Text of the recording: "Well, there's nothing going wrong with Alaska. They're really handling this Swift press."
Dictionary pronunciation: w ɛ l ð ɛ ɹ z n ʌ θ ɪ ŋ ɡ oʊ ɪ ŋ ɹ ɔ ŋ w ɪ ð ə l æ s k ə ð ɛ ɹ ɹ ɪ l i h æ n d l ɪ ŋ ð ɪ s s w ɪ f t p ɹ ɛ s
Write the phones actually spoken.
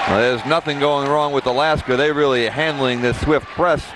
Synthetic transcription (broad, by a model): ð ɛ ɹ z n ʌ θ ɪ ŋ ɡ oʊ ɪ ŋ ɹ ɔ ŋ w ɪ ð ə l æ s k ə ð ɛ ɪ ɹ ɪ l i h æ n d l ɪ ŋ ð ɪ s s w ɪ f t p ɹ ɛ s